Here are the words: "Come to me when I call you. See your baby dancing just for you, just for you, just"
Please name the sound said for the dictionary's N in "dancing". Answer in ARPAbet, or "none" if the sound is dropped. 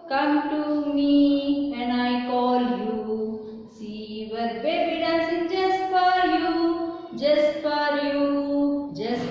none